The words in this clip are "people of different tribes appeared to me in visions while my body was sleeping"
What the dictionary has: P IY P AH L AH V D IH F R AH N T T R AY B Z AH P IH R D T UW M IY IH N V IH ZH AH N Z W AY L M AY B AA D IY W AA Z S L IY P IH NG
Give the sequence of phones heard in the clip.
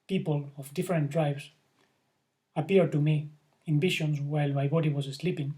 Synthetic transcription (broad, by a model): P IY P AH L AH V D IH F R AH N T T R AY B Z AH P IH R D T UW M IY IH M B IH SH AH N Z W AY L M AY B AA D IY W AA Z S L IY P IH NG